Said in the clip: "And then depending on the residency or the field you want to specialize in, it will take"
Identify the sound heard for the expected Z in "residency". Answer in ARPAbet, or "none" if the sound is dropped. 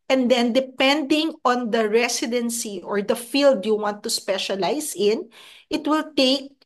S